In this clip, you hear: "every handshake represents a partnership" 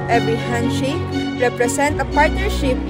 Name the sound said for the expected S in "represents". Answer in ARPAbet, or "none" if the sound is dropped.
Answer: none